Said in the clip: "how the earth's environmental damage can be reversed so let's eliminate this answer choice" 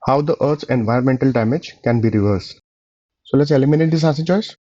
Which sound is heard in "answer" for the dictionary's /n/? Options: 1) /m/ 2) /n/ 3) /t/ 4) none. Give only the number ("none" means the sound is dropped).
4